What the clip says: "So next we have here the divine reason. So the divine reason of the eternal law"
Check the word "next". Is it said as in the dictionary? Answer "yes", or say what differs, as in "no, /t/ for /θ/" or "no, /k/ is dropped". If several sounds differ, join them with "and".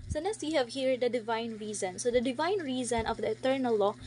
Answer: no, /k/ is dropped